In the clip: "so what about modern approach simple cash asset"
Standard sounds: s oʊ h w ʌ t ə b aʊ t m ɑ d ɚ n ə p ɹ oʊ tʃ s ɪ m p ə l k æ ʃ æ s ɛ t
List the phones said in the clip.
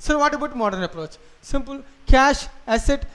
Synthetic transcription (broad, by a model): s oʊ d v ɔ t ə b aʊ t m ɑ d ɚ n ə p ɹ oʊ tʃ s ɪ m p ə l k æ ʃ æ s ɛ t